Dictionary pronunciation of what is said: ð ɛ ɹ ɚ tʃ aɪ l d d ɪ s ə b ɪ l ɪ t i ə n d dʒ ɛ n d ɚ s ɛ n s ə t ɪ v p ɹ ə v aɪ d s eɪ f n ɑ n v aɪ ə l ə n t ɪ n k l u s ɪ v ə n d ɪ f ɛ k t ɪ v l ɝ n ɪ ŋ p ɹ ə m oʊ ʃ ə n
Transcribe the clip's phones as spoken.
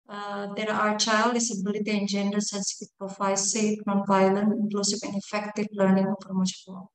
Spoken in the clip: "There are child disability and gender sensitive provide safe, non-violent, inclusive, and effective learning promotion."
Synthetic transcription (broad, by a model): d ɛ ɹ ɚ tʃ aɪ l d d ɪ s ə b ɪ l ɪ t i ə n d dʒ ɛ n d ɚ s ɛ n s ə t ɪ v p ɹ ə f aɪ s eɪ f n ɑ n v aɪ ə l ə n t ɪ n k l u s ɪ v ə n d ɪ f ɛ k t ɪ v l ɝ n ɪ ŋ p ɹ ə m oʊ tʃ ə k